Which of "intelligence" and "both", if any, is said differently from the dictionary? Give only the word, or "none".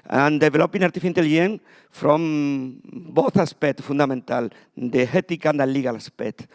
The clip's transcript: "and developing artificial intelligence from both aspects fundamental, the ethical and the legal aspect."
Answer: intelligence